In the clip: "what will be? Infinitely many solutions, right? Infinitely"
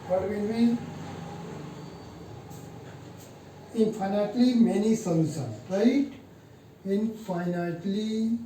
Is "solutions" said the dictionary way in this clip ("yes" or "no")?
no